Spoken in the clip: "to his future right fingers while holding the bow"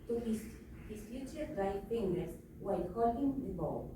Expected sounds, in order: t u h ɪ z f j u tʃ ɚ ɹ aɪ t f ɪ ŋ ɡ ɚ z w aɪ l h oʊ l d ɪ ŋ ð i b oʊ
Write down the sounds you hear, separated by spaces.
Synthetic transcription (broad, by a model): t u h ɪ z f j u tʃ ɚ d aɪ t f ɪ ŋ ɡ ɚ s w aɪ l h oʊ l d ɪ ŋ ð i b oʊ